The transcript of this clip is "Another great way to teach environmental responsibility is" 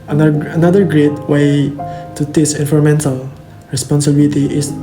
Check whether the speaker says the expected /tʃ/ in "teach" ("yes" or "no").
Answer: no